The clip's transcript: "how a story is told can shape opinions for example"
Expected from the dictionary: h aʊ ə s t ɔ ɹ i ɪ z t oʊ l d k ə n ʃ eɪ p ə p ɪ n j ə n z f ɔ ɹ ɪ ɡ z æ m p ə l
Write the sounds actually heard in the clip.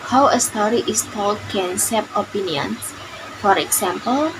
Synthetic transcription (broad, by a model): h aʊ ə s t ɔ ɹ i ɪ s t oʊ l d k ə n s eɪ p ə p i n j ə n s f ɔ ɹ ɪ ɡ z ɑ m p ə l